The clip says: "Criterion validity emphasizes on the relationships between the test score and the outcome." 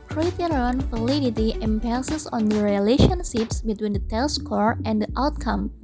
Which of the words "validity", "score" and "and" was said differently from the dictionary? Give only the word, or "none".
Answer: validity